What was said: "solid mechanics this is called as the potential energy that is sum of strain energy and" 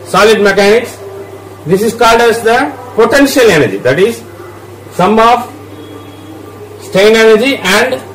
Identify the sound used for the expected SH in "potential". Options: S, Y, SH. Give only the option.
SH